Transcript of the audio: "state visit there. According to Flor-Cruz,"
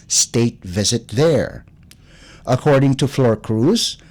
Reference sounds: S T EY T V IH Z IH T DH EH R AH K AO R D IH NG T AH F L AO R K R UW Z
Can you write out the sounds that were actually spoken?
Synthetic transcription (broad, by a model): S T EY T V IH Z IH T DH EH R AH K AO R D IH NG T AH F L AO R K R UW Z